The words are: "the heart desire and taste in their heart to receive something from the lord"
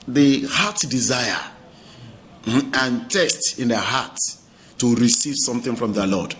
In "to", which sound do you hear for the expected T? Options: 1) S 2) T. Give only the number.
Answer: 1